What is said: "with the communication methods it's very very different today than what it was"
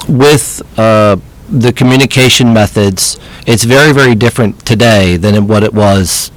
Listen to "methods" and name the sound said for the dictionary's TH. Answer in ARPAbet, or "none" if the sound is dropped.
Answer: TH